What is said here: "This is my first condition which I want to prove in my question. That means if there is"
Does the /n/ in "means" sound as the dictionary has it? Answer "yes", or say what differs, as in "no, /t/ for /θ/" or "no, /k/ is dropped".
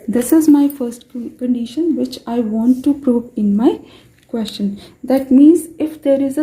yes